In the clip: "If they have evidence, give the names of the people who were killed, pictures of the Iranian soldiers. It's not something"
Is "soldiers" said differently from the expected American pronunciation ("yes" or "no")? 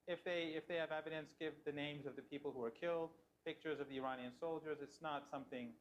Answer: no